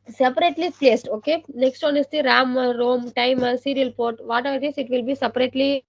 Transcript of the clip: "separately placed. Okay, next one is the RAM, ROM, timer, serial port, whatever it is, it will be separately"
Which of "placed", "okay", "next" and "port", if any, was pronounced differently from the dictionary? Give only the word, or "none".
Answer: none